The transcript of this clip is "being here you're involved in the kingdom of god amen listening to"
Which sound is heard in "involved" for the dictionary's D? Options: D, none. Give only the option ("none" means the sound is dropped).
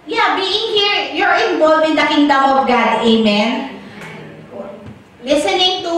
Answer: none